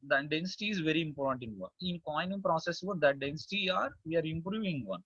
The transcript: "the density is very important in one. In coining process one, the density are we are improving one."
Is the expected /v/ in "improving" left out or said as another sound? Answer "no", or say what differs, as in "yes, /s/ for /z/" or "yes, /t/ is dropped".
no